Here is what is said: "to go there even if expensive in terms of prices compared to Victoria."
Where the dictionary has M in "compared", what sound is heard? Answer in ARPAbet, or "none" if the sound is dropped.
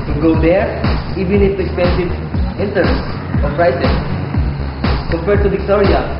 none